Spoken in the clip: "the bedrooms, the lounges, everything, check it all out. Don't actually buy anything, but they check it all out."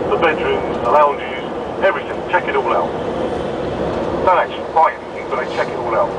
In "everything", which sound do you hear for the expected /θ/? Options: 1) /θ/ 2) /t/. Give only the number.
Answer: 1